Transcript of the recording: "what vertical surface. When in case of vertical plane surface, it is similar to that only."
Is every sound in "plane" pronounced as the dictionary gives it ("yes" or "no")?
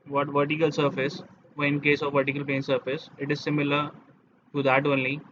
no